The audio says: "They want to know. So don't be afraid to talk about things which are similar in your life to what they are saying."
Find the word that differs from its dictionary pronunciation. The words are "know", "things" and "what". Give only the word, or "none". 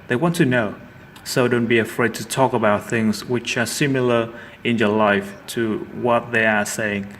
none